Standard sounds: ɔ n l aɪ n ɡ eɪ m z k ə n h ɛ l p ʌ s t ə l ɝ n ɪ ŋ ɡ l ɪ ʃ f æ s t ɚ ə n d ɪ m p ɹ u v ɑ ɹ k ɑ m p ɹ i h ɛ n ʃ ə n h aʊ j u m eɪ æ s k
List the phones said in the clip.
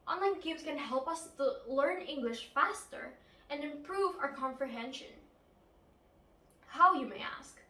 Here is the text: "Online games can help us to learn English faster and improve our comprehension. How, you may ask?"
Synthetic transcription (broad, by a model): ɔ n l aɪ n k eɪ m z k ə n h ɛ l p ʌ s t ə l ɝ n ɪ ŋ ɡ l ɪ ʃ f æ s t ɚ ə n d ɪ m p ɹ u v ɑ ɹ k ɑ m p ɹ i h ɛ n ʃ ə n h aʊ j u m eɪ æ s k